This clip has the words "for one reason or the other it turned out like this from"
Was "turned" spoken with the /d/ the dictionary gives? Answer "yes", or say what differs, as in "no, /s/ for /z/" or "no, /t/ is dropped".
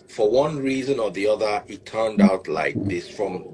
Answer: yes